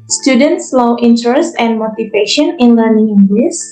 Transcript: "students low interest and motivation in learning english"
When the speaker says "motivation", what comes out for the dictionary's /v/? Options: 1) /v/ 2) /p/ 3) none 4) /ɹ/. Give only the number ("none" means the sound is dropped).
2